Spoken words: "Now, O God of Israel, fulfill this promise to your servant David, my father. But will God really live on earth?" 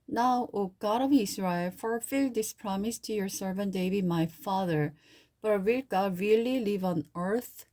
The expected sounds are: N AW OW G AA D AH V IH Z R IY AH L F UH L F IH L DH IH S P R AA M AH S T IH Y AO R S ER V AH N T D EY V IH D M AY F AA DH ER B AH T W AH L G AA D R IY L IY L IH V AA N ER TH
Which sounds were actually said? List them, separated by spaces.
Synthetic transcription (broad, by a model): N AW OW G AA D AH V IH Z R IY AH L F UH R F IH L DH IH S P R AA M AH S T IH Y AO R S ER V AH N T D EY B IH M AY F AA DH ER B AH T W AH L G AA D R IY L IY L IH V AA N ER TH